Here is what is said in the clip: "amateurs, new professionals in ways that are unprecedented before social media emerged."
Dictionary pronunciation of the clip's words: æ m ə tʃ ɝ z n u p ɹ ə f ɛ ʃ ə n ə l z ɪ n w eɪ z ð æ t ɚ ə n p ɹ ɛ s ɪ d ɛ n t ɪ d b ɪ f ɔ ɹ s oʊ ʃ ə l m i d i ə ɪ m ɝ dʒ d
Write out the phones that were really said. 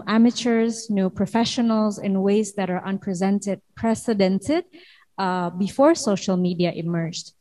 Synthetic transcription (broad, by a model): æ m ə tʃ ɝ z n u p ɹ ə f ɛ ʃ ə n ə l z ɪ n w eɪ z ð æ t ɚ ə n p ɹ ɛ s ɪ d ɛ n t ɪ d b ɪ f ɔ ɹ s oʊ ʃ ə l m i d i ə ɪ m ɝ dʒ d